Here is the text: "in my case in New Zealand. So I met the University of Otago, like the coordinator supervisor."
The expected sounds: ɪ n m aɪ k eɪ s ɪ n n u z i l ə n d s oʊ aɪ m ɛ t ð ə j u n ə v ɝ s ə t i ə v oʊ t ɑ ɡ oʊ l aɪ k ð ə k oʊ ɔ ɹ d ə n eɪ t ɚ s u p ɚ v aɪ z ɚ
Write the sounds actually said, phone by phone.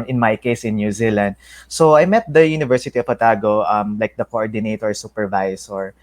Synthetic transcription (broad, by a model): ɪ n m aɪ k eɪ s ɪ n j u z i l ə n d s oʊ aɪ m ɛ t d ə j u n ə v ɝ s ə t i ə p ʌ t ɑ ɡ oʊ l aɪ k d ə k oʊ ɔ ɹ d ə n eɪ t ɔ s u p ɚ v aɪ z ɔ